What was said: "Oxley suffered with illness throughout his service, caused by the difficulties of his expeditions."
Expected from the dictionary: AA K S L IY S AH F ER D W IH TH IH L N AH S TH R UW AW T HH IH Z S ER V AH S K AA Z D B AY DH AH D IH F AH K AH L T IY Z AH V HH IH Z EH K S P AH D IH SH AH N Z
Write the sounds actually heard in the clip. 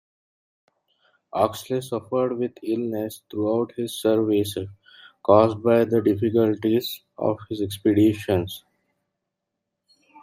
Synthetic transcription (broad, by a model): AA K S L IY S AH F ER D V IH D IH L N AH S T R UW AW T HH IH Z S ER V AH S K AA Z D B AY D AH D IH F AH K AH L T IY Z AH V HH IH Z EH K S P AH D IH SH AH N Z